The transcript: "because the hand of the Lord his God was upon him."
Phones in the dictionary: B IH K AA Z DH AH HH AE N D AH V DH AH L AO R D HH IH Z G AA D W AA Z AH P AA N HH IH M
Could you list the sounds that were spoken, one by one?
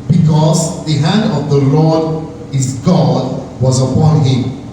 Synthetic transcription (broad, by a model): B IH K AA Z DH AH HH AE N D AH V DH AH L AO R D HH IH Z G AA D W AA Z AH P AA N HH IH M